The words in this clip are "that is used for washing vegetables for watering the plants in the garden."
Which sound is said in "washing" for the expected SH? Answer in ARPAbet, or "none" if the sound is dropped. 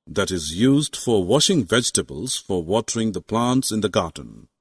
SH